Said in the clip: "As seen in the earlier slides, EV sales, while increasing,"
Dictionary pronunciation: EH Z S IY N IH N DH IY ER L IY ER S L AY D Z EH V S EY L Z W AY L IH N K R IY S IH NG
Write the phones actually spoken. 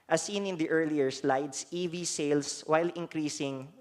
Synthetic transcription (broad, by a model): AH S IY N IH N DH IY ER L IY ER S L AY D S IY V S EY L S W AY L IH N K R IY S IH NG